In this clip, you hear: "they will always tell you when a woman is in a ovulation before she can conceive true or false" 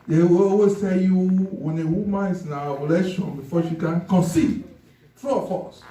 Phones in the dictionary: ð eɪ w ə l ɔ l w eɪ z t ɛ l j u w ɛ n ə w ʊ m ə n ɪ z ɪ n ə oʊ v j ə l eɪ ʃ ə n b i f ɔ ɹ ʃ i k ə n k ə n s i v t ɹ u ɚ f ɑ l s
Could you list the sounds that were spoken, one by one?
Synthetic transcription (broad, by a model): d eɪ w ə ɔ w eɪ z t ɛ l j u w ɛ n ə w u m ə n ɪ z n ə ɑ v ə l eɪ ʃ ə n b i f ɔ ʃ i k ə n k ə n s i t ɹ u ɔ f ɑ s